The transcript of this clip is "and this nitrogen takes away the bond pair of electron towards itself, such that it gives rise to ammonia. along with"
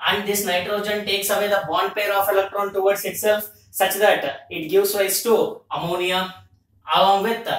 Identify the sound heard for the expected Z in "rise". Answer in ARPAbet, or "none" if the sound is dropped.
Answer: S